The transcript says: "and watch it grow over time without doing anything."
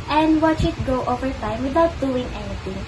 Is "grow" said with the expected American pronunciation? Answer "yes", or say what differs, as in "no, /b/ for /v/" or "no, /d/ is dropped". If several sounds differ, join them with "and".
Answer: no, /ɹ/ is dropped